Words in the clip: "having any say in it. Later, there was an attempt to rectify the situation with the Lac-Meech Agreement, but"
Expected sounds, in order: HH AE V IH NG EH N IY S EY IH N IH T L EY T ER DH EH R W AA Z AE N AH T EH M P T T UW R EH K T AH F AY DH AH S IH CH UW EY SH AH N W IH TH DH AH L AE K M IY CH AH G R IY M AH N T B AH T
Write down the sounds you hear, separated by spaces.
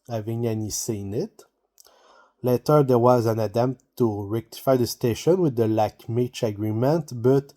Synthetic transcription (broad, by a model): HH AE V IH NG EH N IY S IH N IH T L EY T ER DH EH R W AA Z AE N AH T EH M P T T UW R EH K T AH F AY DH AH S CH EY SH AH N W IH DH AH L AE K M IY CH AH G R IY M AH N T B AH T